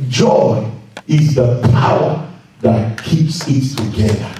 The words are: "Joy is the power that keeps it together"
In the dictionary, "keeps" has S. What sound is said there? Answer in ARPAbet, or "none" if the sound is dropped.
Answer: S